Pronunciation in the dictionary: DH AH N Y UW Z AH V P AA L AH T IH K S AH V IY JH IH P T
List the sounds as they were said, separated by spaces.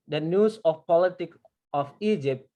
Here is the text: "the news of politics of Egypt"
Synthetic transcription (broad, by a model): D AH N Y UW S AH F P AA L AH T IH K AH F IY JH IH P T